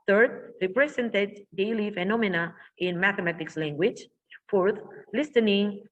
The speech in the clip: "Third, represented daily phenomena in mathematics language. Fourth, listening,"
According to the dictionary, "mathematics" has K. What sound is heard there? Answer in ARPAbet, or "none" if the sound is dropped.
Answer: K